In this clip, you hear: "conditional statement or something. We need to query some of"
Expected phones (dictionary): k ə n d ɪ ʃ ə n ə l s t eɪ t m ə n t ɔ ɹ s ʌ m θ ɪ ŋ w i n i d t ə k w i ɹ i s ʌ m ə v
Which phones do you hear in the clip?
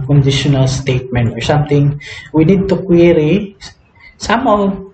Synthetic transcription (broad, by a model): k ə n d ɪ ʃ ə n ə l s t eɪ t m ə n t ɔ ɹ s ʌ m t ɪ ŋ w i n i d t ə k w i ɹ i s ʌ m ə